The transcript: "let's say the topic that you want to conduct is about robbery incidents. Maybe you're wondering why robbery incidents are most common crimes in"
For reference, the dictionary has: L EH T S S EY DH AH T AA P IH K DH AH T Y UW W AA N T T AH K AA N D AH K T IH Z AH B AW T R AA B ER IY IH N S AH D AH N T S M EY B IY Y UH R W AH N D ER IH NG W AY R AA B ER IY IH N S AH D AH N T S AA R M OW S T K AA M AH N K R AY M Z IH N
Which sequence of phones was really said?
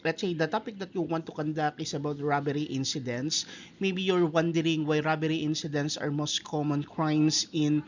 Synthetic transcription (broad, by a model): L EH T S S EY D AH T AA P IH K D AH T Y UW W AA N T T AH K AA N D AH K IH S AH B AW T R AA B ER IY IH N S AH D AH N T S M EY B IY Y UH R W AH N D ER IH NG W AY R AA B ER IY IH N S AH D AH N T S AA R M OW S T K AA M AH N K R AY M S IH N